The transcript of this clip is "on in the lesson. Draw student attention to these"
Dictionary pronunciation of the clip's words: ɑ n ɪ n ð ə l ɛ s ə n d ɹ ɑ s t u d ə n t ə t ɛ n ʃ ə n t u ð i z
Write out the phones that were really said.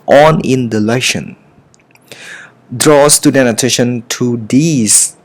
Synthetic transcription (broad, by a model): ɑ n ɪ n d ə l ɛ ʃ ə n d ɹ ɑ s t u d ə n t ə t ɛ n ʃ ə n t u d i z